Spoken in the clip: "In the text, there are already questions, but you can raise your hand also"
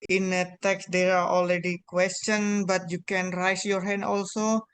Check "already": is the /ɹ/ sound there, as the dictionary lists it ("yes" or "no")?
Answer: no